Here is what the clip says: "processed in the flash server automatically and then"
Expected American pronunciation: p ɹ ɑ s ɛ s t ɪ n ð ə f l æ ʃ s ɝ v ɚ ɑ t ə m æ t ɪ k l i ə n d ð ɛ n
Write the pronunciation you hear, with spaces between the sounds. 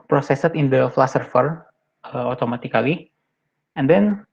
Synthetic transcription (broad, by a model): p ɹ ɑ s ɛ s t ɪ n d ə f l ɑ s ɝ f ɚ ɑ t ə m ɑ t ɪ k l i ə n d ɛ n